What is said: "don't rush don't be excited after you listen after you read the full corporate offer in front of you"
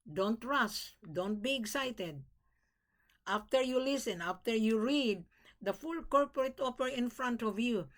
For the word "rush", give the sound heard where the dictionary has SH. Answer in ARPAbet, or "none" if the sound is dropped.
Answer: S